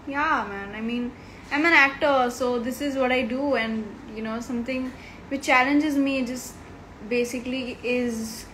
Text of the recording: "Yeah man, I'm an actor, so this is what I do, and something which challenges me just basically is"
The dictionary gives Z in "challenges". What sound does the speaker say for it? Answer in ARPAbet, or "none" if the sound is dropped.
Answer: Z